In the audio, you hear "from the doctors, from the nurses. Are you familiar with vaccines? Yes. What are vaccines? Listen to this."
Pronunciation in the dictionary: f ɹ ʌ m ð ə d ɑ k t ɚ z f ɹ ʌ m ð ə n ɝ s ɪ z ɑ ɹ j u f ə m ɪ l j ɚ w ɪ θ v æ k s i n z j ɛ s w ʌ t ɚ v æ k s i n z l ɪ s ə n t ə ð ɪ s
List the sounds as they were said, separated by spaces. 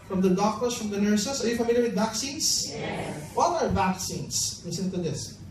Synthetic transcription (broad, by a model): f ɹ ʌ m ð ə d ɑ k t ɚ s f ɹ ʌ m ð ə n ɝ s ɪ s ɑ ɹ j u f ə m ɪ l j ɚ w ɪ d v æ k s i n s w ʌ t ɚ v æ k s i n s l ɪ s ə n t ə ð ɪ s